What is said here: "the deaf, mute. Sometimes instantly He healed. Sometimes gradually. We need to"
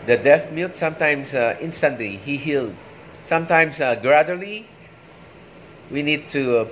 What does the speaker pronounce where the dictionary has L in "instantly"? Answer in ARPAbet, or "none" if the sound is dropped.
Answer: L